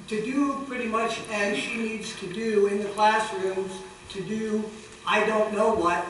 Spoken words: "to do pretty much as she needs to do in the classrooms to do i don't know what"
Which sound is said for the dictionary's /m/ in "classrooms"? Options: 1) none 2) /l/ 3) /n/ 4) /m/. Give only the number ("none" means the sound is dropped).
4